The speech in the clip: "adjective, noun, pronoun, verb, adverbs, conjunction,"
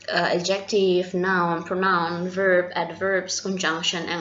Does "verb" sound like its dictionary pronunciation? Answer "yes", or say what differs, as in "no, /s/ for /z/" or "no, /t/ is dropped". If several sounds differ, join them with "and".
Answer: yes